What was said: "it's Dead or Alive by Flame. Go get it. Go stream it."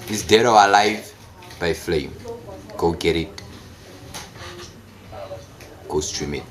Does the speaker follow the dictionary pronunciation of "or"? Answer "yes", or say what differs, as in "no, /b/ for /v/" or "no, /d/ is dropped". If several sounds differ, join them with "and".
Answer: no, /w/ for /ɹ/